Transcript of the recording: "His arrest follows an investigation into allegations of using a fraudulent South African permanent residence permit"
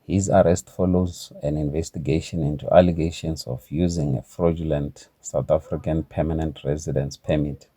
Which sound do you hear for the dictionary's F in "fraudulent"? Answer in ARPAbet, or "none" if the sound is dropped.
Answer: F